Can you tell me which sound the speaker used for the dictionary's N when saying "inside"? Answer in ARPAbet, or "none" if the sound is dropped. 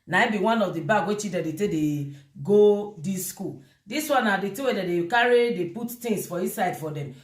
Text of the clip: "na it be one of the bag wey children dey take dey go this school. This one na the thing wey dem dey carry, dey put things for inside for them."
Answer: none